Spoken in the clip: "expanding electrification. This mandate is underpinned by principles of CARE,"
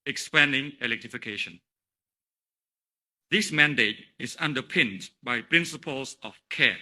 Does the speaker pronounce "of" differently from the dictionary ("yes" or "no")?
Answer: yes